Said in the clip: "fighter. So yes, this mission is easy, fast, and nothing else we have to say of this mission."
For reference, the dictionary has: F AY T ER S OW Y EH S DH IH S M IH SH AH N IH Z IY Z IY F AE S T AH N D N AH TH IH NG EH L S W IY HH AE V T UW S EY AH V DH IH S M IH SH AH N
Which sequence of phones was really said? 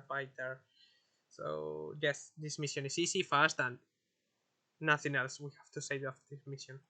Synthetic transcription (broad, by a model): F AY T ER S OW Y EH S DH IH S M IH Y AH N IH S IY S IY F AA S T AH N N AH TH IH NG EH L S W IY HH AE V T UW S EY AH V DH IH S M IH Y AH N